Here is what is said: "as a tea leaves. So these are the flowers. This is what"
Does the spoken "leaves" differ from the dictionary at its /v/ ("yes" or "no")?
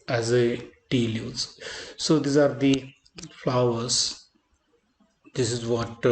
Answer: yes